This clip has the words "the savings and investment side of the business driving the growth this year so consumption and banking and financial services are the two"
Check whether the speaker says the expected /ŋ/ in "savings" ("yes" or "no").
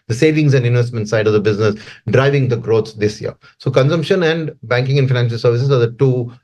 yes